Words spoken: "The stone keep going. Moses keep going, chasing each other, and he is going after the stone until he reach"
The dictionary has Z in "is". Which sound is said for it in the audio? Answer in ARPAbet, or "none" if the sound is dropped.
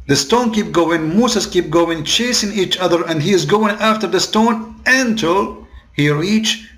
Z